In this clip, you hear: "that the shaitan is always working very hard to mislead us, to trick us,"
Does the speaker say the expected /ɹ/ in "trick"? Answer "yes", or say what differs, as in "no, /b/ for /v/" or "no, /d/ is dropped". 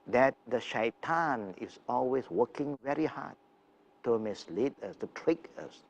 yes